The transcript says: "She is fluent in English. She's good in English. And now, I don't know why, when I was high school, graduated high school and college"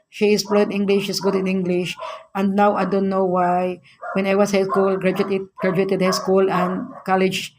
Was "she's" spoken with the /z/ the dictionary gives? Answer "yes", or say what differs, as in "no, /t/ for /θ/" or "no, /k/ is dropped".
no, /s/ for /z/